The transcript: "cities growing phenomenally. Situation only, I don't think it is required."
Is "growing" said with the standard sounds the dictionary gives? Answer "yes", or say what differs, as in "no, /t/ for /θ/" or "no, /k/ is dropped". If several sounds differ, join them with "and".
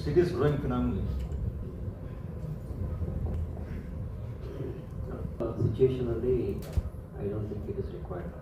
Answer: yes